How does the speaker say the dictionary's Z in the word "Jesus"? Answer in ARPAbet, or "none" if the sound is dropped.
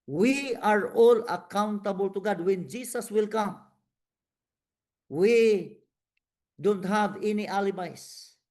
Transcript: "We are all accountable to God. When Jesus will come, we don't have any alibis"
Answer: S